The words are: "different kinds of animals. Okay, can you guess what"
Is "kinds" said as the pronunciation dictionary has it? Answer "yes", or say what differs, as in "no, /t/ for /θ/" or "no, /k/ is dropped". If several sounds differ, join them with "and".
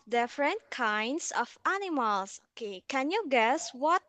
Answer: no, /s/ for /z/